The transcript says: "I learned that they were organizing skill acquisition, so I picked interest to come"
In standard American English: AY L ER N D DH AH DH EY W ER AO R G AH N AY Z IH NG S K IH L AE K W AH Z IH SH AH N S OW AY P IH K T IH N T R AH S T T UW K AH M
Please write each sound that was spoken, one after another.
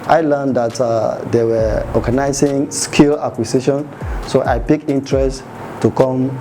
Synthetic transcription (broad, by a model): AY L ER N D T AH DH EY W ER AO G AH N AY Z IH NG S K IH L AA K W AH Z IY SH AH N S OW AY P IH K IH N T R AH S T T UW K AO M